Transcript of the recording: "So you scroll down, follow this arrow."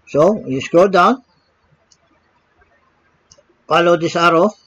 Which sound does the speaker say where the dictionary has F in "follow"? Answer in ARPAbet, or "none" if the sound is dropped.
P